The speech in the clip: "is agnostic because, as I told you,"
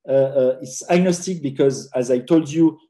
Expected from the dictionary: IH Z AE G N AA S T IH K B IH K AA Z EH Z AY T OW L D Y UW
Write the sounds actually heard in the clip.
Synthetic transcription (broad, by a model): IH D AE G N AA S T IH K B IH K AA Z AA Z AY T OW L D Y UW